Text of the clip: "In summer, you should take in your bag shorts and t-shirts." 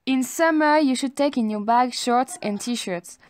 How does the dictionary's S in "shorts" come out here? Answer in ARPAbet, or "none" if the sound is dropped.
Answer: S